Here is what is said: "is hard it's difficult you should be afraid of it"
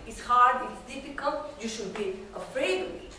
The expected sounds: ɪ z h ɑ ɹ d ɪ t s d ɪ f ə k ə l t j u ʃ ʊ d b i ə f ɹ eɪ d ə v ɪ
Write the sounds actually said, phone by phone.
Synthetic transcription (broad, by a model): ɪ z h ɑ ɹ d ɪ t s d ɪ f ə k ə l t j u ʃ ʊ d b i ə f ɹ eɪ ə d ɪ